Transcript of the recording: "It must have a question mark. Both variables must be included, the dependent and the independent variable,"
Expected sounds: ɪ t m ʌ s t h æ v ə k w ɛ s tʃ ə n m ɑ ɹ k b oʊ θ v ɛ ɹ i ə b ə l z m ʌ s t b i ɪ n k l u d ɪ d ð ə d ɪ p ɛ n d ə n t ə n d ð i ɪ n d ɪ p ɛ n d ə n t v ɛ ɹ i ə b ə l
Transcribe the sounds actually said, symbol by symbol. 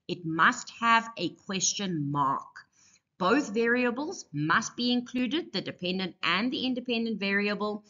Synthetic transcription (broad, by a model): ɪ t m ʌ s t h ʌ v ə k w ɛ s tʃ ə n m ɑ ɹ k b oʊ θ v ɛ ɹ i ə b ə l z m ʌ s t b i ɪ n k l u d ɪ d ð ə d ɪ p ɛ n d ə n t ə n ð i ɪ n d ɪ p ɛ n d ə n t v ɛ ɹ i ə b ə l